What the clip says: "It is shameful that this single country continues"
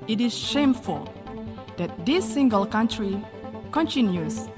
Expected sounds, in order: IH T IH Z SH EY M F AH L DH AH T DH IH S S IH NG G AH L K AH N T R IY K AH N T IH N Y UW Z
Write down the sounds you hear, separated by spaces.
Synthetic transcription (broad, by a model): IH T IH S SH EY M F AH L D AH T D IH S S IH NG G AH L K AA N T R IY K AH N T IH N Y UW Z